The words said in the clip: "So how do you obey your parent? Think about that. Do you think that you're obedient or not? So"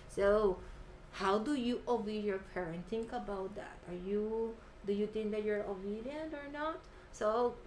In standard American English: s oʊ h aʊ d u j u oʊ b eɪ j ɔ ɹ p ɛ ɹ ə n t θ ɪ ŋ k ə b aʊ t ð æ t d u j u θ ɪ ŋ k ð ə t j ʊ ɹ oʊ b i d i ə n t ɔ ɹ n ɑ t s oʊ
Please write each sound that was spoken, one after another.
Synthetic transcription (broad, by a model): s oʊ h aʊ d u j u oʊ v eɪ j ɔ ɹ p ɛ ɹ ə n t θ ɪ ŋ k ə b aʊ t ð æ t d u j u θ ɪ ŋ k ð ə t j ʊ ɹ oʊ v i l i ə n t ɔ ɹ n ɑ t s oʊ